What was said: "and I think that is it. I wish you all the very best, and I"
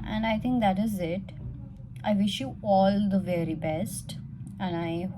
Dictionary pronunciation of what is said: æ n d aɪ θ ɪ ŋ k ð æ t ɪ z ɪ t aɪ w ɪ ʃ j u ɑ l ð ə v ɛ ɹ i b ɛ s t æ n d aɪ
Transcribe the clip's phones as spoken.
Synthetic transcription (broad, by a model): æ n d aɪ t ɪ ŋ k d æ t ɪ z ɪ t aɪ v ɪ ʃ j u ɑ l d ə v ɛ ɹ i b ɛ s t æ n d aɪ